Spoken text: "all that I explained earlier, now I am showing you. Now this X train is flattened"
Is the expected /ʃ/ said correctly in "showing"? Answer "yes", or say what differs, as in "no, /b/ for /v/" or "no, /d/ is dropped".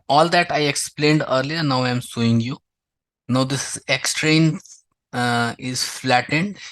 no, /s/ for /ʃ/